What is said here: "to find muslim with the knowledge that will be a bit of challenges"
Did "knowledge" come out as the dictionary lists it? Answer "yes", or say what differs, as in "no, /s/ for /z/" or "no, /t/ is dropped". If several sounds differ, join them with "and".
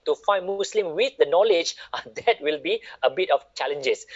yes